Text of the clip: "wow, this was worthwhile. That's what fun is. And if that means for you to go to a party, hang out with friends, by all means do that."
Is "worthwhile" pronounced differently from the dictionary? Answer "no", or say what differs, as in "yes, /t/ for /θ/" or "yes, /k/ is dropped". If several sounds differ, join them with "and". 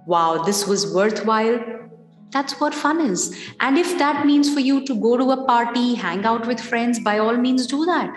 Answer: yes, /t/ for /θ/